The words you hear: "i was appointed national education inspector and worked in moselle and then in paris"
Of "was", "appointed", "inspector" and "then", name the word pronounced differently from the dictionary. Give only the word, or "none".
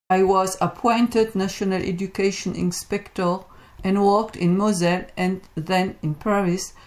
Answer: none